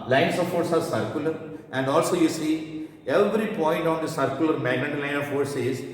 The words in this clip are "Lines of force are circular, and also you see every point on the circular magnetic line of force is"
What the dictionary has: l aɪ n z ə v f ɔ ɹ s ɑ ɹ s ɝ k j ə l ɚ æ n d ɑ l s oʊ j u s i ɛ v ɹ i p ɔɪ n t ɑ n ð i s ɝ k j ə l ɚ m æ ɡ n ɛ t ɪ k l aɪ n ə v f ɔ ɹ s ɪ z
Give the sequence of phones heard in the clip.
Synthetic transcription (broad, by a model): l aɪ n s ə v f ɔ ɹ s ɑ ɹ s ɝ k j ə l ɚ æ n d ɑ l s oʊ j u s i ɛ v ɹ i p ɔɪ n t ɑ n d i s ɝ k j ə l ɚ m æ ɡ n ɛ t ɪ l aɪ n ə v f ɔ ɹ s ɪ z